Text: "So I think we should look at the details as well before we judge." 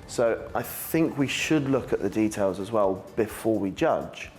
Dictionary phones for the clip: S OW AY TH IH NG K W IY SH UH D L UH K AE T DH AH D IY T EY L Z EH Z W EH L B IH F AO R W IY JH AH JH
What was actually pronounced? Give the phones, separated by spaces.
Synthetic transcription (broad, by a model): S OW AY TH IH NG K W IY SH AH D L UH K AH T DH AH D IY T EY L Z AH Z W EH L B IH F AO W IY JH AH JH